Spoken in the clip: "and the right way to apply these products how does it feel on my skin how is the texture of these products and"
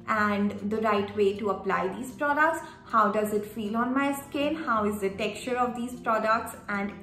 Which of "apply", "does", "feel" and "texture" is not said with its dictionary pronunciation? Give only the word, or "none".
texture